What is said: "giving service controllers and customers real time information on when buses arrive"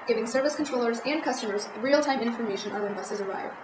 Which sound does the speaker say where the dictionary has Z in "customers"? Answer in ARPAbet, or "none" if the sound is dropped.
Z